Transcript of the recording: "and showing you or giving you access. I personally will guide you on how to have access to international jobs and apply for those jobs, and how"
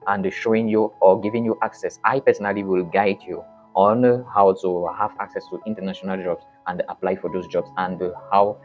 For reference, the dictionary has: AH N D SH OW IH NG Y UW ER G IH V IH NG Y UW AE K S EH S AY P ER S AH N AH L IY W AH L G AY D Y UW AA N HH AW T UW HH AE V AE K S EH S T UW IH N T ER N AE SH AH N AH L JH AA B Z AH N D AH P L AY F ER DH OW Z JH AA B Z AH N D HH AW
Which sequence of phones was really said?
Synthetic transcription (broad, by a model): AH N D SH OW IH NG Y UW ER G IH V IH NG Y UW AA K S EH S AY P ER S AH N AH L IY W AH L G AY D Y UW AA N HH AW T UW HH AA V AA K S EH S T UW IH N T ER N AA SH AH N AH L JH AA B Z AH N D AH P L AY F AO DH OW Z JH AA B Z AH N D HH AW